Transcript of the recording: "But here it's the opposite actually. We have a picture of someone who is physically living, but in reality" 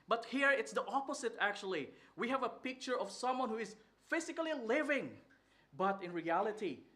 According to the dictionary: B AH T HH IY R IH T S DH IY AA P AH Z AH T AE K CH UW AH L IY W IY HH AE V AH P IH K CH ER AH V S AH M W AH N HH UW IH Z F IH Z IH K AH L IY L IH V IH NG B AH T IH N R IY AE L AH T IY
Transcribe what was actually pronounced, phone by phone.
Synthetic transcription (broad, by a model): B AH T HH IY R IH T S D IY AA P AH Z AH T AE K CH UW AH L IY W IY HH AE V AH P IH K CH ER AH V S AH M W AH N HH UW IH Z F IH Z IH K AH L IY L IH V IH NG B AH T IH N R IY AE L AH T IY